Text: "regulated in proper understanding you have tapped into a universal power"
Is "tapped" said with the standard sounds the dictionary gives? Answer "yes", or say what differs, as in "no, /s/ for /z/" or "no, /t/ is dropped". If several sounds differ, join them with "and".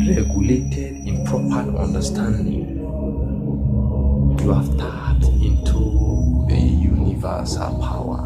no, /p/ is dropped